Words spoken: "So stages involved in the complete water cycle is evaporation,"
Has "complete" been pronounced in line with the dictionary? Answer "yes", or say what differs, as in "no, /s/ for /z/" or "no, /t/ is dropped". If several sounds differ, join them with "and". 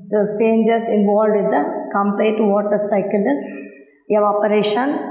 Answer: no, /l/ is dropped